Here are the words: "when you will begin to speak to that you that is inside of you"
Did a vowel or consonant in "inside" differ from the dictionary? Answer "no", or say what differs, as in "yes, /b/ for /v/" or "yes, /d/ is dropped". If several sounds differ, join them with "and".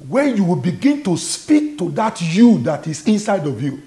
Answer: no